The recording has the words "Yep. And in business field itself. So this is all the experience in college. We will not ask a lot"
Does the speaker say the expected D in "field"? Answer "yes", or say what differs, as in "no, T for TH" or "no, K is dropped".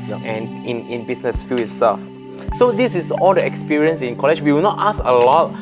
no, D is dropped